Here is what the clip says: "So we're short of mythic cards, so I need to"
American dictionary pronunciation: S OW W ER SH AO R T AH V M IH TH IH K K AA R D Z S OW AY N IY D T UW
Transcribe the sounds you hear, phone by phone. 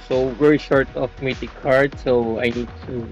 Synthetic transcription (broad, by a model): S OW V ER SH AO R T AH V M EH T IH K K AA R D S OW AY N IY D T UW